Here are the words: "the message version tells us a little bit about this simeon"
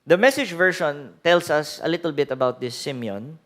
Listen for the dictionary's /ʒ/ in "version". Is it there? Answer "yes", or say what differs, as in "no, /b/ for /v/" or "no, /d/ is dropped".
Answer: no, /ʃ/ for /ʒ/